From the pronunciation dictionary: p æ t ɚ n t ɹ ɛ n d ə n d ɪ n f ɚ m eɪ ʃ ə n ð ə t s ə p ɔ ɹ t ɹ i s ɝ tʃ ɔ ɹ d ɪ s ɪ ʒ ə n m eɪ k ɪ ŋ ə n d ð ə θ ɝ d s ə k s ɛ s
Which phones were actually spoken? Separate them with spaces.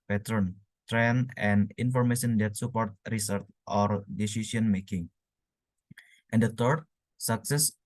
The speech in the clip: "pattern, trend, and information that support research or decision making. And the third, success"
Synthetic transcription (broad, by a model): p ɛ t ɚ n t ɹ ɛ n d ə n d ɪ n f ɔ m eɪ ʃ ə n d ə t s ə p ɔ ɹ t ɹ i s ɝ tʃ ɔ ɹ d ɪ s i s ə n m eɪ k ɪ ŋ ə n d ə t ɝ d s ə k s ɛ s